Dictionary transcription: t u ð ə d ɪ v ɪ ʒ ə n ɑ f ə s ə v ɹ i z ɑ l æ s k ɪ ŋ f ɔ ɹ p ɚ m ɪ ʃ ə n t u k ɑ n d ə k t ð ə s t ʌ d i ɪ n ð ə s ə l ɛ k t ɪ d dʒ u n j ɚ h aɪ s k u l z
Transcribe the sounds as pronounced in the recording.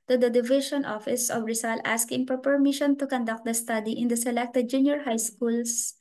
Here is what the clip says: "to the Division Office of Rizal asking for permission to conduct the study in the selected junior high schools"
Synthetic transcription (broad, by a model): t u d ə d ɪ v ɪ ʃ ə n ɑ f ə s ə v ɹ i s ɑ l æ s k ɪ ŋ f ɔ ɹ p ɚ m ɪ ʃ ə n t u k ɑ n d ə k t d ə s t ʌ d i ɪ n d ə s ə l ɛ k t ɪ d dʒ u n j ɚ h aɪ s k u l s